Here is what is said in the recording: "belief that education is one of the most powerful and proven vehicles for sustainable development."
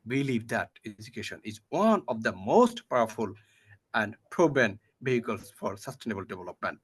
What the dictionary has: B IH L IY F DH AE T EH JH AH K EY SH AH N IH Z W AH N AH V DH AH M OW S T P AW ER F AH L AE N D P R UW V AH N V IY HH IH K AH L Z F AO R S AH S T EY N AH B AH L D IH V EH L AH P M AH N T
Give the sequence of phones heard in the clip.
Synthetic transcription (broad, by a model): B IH L IY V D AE T EH JH AH K EY SH AH N IH Z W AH N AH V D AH M OW S T P AW ER F AH L AE N D P R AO B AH N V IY HH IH K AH L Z F AO R S AH S T EY N AH B AH L D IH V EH L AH P M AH N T